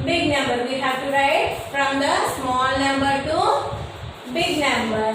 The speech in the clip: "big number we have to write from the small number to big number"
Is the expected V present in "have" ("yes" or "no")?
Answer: no